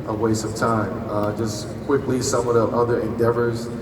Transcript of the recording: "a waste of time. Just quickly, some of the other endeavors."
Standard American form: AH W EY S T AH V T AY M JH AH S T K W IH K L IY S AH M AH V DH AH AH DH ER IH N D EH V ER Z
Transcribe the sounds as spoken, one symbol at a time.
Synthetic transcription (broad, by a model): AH W EY S AH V T AY M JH AH S K W IH K L IY S AH M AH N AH AH DH ER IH N D EH V ER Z